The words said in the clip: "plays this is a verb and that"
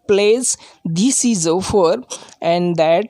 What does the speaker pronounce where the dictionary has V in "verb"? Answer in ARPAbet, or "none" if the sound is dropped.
F